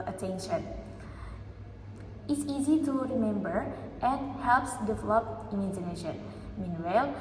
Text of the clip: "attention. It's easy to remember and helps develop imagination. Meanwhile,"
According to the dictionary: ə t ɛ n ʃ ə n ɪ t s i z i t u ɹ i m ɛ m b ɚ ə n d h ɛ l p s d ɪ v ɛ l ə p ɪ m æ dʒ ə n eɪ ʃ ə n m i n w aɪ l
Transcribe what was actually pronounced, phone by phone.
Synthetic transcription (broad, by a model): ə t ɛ n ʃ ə n ɪ t s i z i t u ɹ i m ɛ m b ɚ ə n h ɛ l p s d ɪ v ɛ l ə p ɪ m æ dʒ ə n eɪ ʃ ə n m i n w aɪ l